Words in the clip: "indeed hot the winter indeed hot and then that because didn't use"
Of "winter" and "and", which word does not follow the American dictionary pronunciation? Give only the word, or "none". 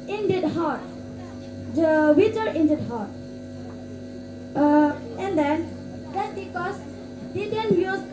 winter